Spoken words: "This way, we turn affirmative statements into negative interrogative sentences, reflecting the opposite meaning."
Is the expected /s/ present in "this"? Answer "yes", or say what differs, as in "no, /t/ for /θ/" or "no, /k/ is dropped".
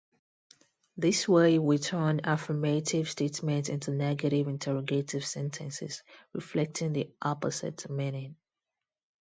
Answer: yes